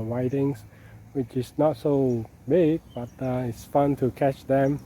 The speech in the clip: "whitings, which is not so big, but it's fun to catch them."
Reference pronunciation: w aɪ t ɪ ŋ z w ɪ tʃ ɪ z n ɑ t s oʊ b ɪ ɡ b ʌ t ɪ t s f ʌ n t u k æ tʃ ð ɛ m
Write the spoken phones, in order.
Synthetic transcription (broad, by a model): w aɪ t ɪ ŋ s w ɪ tʃ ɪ s n ɑ t s oʊ b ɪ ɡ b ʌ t ɪ t s f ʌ n t u k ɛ tʃ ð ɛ m